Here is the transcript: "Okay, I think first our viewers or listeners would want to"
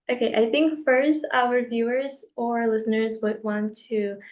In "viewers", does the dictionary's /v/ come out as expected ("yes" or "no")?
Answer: yes